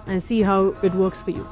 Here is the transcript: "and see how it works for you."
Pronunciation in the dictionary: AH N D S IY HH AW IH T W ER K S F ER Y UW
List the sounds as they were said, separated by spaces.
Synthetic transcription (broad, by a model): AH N S IY HH AW IH T W ER K S F ER Y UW